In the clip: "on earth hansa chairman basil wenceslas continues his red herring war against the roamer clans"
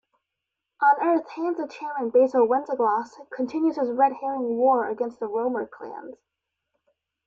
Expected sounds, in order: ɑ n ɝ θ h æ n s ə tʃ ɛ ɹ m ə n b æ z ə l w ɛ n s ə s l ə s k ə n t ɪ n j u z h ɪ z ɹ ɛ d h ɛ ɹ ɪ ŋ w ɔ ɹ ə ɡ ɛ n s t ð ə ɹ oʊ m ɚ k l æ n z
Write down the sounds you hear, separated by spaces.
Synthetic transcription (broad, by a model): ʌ n ɝ θ h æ n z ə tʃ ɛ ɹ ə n b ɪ s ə w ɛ n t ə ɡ l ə s k ə n t ɪ n j u z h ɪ z ɹ ɛ d h ɛ ɹ ɪ ŋ w ɔ ɹ ə ɡ ɛ n s t ð ə ɹ oʊ m ɚ k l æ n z